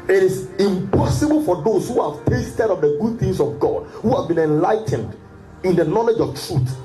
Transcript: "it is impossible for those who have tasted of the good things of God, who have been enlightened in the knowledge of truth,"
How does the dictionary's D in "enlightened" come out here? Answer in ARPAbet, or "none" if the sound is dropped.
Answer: D